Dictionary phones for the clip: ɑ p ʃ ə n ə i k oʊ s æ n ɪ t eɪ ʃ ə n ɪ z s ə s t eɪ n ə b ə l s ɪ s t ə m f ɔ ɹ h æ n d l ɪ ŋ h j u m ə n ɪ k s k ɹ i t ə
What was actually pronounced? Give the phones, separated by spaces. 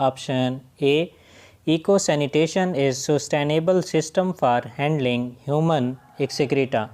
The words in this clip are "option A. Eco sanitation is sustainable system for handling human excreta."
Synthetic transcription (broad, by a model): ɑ p ʃ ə n ə i k oʊ s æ n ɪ t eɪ ʃ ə n ɪ z s ə s t eɪ n ə b ə l s ɪ s t ə m f ɔ ɹ h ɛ n d l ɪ ŋ h j u m ə n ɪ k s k ɹ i t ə